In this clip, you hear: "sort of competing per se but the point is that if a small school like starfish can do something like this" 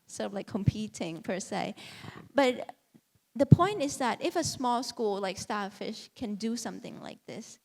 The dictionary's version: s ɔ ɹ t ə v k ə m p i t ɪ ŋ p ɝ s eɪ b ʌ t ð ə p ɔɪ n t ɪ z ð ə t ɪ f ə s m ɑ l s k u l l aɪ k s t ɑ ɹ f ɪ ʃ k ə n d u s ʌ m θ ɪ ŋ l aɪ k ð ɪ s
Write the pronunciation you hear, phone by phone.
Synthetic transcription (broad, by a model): s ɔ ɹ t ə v k ə m p i t ɪ ŋ p ɝ s eɪ b ʌ t ð ə p ɔɪ n t ɪ z ð ə t ɪ f ə s m ɑ l s k u l l aɪ k s t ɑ f ɪ ʃ k ə n d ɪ s ʌ m θ ɪ ŋ l aɪ k ð ɪ s